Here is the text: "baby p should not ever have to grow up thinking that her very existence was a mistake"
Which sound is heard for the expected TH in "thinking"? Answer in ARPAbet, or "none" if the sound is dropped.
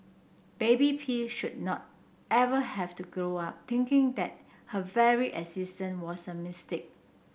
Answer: T